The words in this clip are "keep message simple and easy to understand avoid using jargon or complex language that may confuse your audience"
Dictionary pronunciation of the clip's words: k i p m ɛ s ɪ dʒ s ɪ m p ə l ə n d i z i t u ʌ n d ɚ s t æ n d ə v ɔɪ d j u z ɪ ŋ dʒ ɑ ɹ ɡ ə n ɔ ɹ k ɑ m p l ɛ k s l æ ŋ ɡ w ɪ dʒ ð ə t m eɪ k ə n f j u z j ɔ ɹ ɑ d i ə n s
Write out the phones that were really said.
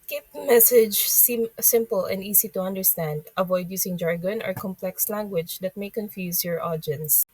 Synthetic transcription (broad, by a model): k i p m ɛ s ɪ dʒ s ɪ m p ə l ə n d i s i t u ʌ n d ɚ s t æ n d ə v ɔɪ d j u s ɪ ŋ dʒ ɑ ɹ ɡ ə n ɔ ɹ k ɑ m p l ɛ k s l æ ŋ ɡ w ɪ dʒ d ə t m eɪ k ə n f j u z j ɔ ɹ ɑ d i n s